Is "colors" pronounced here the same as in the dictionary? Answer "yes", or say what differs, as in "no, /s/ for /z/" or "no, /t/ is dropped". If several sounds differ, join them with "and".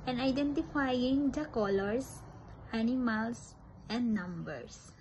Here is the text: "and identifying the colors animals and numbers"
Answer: no, /s/ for /z/